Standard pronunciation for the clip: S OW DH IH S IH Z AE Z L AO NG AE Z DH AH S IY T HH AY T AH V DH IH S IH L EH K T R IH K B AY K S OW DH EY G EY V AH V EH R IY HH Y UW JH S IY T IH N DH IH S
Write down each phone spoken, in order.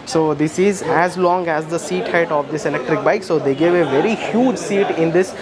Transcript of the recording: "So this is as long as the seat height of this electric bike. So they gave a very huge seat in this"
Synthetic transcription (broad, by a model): S OW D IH S IH Z AE Z L AO NG AE Z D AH S IY T HH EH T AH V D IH S IH L EH K T R IH K B AY K S OW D EY G EY V AH V EH R IY HH Y UW JH S IY T IH N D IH S